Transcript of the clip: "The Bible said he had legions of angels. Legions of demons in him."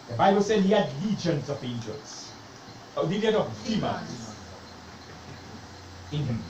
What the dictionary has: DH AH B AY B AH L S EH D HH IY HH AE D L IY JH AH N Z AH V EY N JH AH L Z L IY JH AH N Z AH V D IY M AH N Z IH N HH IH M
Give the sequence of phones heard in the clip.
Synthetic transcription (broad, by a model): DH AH B AY B AH L S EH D HH IY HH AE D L IY JH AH N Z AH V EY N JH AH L S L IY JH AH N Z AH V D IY M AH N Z IH N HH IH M